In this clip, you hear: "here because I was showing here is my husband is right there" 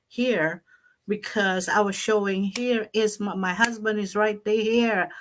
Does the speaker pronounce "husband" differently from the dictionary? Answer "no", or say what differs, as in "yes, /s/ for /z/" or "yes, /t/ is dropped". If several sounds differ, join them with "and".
no